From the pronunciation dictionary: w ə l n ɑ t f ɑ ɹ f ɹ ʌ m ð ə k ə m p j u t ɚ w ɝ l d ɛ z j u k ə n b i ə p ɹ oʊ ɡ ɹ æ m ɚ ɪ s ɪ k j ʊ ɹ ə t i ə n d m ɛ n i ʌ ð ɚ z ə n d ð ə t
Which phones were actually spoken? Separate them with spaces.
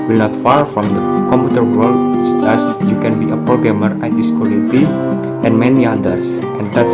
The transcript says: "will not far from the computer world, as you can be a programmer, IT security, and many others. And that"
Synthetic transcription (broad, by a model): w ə l n ɑ t f ɑ ɹ f ɹ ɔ m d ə k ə m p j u t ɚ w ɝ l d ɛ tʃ j u k ə n b i ə p ɹ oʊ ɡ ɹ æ m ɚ ɪ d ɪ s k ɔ l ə t i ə n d m ɛ n i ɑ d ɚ s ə n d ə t